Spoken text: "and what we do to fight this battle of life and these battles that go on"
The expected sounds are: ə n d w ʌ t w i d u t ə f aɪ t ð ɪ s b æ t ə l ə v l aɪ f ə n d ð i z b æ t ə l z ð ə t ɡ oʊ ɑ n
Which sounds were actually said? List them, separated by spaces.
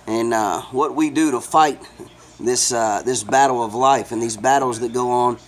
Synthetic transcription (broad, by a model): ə n w ʌ t w i d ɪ t ə f aɪ t ð ɪ s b æ t l ə v l aɪ f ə n ð i z b æ t l z ð ə t ɡ oʊ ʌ n